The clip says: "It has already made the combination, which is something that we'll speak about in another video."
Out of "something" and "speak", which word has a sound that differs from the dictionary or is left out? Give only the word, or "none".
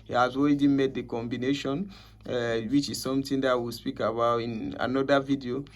something